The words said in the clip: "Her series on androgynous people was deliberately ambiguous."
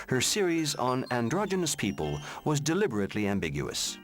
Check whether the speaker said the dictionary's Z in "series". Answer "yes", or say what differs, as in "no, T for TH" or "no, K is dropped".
yes